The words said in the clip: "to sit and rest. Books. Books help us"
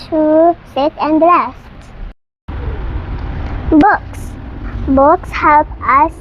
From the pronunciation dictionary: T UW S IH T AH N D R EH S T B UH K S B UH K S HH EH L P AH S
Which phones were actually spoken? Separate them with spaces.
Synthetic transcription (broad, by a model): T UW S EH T AH N D L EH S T B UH K S B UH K S HH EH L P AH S